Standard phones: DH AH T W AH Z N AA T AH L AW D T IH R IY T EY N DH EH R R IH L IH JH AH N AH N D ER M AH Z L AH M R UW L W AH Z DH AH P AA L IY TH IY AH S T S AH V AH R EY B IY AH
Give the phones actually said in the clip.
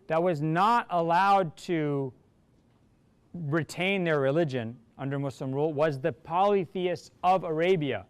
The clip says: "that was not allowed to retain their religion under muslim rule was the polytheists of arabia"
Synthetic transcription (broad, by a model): DH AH T W AH Z N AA T AH L AW D T IH R IY T EY N DH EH R R IH L IH JH AH N AH N D ER M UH S L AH M R UW L W AH Z DH AH P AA L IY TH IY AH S S AH V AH R EY B IY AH